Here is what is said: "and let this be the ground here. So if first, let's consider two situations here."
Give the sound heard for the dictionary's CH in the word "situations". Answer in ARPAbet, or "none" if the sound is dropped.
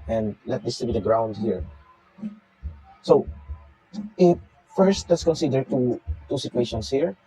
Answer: S